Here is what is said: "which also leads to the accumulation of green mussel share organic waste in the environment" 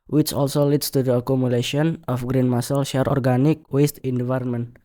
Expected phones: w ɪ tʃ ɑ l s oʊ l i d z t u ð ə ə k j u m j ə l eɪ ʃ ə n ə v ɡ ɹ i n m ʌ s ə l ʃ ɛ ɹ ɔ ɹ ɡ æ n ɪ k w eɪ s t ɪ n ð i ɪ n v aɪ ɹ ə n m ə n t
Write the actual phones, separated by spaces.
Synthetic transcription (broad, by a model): w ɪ tʃ ɑ l s oʊ l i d s t u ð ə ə k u m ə l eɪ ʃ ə n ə f ɡ ɹ i n m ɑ s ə l ʃ ɛ ɹ ɔ ɹ ɡ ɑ n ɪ k w eɪ s t ɪ n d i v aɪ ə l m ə n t